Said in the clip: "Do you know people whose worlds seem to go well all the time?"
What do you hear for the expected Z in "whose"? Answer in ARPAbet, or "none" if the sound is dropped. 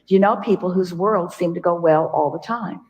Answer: Z